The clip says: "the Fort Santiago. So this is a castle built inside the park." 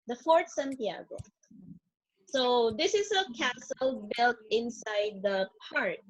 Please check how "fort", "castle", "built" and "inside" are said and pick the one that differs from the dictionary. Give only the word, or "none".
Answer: none